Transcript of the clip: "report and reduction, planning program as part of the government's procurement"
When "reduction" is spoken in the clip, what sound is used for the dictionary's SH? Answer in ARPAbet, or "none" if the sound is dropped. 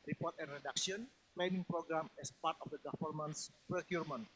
S